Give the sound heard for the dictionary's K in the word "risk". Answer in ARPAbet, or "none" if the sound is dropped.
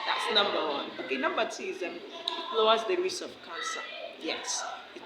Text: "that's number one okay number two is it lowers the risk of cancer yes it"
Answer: none